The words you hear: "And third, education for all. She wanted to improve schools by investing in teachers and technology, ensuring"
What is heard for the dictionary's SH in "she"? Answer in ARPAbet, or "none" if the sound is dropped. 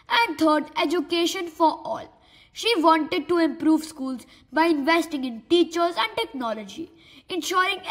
SH